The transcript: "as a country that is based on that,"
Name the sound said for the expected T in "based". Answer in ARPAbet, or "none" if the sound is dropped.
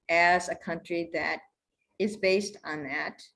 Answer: T